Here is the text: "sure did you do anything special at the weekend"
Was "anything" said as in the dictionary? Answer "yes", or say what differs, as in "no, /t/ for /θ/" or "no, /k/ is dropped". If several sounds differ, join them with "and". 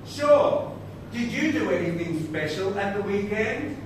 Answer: yes